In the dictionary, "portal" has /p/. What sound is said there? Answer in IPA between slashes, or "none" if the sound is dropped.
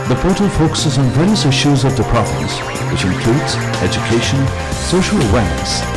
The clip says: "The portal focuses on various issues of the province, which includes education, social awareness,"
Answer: /f/